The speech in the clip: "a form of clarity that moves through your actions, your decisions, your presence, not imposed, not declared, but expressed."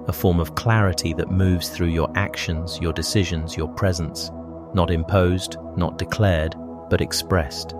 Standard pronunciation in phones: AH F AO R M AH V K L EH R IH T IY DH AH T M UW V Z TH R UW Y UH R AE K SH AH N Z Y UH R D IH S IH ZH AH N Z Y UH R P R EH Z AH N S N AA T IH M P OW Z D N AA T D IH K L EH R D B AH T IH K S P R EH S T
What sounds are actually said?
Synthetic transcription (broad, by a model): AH F AO R M AH V K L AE R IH T IY DH AH T M UW V Z TH R UW Y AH R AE K SH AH N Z Y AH R D IH S IH ZH AH N Z Y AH R P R EH Z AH N S N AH T IH M P OW Z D N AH T D IH K L EH R D B AH T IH K S P R EH S T